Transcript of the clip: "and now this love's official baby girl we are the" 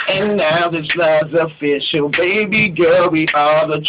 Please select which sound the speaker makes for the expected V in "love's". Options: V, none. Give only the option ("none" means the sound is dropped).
none